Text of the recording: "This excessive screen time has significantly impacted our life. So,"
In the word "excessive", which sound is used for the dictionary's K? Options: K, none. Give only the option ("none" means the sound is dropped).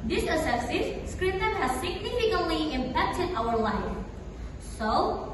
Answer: none